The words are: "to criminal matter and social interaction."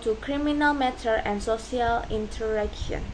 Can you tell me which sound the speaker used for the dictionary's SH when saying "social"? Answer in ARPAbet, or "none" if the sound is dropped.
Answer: none